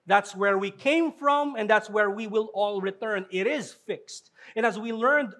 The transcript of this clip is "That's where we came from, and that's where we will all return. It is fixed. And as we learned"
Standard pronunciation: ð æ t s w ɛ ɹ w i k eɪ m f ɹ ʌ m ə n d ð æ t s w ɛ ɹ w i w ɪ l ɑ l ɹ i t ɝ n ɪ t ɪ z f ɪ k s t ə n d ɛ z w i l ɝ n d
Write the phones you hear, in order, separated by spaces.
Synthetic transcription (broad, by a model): ð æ t s w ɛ ɹ w i k eɪ m f ɹ ʌ m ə n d ð æ t s w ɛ ɹ w i w ɪ l ɑ l ɹ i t ɝ n ɪ t ɪ z f ɪ k s t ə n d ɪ z w i l ɝ n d